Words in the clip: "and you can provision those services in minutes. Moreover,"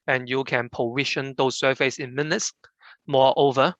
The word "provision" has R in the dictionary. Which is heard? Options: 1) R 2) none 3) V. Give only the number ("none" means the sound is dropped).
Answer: 2